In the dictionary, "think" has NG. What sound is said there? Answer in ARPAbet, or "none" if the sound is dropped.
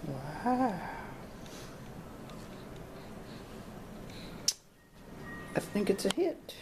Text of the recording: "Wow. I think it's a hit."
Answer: NG